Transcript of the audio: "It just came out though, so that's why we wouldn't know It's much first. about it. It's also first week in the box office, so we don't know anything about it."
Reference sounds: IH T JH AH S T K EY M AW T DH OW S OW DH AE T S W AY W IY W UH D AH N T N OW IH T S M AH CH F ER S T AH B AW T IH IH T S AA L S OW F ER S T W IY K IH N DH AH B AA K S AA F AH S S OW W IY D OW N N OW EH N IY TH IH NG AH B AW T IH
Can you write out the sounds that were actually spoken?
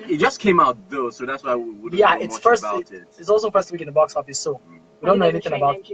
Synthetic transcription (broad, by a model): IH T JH AH S K EY M AW T DH OW S OW DH AE T S W AY W IY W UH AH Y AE IH T S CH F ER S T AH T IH IH T S AA L S OW F ER S T W IY K IH N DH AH B AA K S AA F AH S S OW W IY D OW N N OW EH N IY TH IH NG AH B AW T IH